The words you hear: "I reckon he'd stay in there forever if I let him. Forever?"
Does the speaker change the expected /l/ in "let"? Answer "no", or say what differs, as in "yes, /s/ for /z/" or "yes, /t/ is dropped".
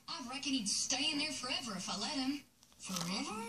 no